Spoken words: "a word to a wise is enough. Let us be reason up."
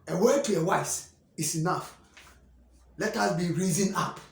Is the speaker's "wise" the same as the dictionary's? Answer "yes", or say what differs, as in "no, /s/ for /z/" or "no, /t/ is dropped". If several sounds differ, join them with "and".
no, /s/ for /z/